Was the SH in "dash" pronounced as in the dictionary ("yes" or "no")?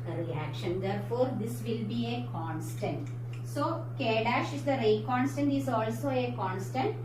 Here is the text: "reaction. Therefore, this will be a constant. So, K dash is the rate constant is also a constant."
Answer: yes